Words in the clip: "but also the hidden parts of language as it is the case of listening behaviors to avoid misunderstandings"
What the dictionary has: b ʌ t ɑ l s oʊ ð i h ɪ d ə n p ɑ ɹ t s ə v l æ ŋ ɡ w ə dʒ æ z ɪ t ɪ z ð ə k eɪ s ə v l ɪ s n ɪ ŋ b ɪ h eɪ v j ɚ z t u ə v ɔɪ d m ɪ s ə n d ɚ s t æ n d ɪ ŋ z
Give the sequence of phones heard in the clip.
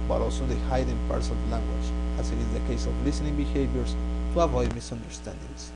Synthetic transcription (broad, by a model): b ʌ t ɑ l s oʊ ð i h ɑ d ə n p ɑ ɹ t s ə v l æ ŋ ɡ w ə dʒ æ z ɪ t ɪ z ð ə k eɪ s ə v l ɪ s n ɪ ŋ b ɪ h eɪ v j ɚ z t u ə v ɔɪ m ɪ s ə n d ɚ s t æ n d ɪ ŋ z